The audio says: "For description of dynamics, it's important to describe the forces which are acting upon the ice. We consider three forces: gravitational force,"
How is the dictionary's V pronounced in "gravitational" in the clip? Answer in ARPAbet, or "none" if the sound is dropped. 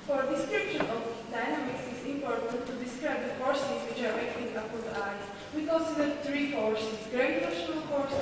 none